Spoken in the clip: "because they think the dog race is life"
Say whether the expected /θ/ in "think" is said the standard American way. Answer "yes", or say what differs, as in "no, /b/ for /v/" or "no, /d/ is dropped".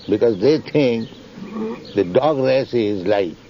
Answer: no, /t/ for /θ/